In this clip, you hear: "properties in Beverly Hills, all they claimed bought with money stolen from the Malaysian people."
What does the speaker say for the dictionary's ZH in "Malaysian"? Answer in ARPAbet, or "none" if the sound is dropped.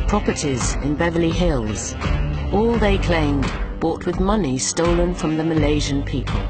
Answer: ZH